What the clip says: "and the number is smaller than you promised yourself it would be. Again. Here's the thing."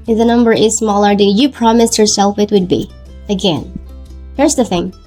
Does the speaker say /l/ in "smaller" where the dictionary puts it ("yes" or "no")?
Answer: yes